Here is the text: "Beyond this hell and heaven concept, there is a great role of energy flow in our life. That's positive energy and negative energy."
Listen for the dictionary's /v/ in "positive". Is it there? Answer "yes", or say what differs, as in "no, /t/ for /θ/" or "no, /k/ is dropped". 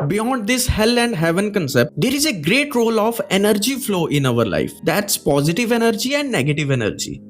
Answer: yes